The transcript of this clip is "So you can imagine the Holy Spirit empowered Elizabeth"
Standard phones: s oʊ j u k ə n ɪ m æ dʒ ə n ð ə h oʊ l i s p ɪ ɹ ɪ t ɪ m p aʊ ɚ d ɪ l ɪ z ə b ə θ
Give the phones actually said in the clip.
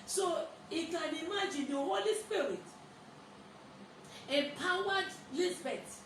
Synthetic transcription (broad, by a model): s oʊ j u k ə n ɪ m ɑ dʒ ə n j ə h oʊ l i s p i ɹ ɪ t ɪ p aʊ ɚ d l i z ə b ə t